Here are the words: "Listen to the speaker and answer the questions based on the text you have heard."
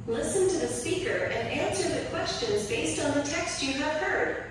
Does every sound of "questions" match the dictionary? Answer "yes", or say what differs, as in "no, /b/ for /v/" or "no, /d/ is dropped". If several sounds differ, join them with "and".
yes